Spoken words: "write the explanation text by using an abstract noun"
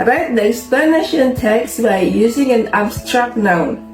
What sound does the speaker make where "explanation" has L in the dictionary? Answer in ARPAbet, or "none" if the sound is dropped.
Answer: none